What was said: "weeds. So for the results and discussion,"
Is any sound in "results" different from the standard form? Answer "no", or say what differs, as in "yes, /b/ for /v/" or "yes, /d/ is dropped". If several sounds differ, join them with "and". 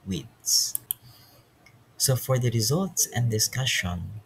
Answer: no